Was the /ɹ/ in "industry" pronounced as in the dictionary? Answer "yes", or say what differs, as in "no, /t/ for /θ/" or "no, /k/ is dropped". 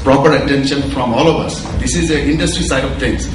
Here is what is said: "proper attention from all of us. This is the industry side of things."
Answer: yes